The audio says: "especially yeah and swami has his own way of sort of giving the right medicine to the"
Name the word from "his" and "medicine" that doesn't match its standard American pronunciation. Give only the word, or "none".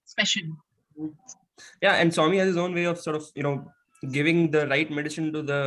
medicine